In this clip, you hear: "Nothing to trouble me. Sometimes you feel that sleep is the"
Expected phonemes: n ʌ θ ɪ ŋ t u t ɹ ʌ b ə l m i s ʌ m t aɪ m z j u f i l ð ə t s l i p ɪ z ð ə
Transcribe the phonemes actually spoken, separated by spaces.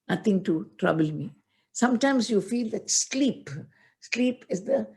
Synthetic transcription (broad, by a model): n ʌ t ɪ ŋ t u t ɹ ʌ b ə l m i s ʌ m t aɪ m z j u f i l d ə t s l i p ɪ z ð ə